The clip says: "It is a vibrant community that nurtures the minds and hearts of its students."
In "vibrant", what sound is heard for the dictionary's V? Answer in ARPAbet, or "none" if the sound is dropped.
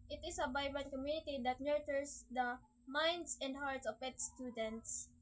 B